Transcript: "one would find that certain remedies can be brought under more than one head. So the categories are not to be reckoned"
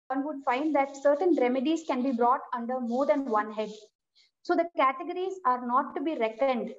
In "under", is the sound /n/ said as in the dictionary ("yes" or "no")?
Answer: yes